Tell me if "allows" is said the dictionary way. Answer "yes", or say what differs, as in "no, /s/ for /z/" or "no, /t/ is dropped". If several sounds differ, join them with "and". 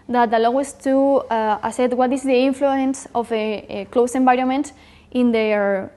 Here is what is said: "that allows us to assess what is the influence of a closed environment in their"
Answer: no, /z/ is dropped